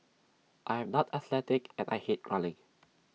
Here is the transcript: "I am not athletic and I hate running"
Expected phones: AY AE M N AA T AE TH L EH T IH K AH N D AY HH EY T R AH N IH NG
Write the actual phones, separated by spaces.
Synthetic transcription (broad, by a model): AY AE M N AA T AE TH L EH T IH K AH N AY HH EY T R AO L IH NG